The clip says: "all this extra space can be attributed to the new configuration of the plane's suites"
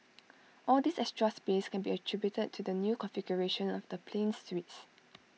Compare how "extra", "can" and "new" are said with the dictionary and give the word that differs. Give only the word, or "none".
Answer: extra